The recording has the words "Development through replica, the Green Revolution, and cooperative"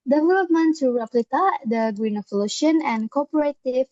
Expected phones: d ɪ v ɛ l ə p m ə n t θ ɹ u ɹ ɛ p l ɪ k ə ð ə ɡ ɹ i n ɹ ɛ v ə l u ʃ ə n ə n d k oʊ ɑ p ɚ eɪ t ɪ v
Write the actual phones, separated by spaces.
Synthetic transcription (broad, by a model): d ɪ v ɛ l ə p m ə n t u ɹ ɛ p l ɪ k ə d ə ɡ ɹ i n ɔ f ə l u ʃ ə n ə n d k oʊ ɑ p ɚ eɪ t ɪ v